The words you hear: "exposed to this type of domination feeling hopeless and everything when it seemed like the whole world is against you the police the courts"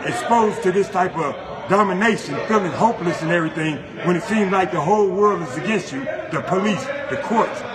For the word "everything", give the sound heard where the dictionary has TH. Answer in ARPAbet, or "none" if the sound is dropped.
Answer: TH